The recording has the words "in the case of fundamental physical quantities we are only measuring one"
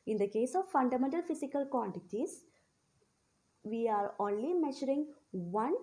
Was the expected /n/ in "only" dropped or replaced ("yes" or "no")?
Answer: no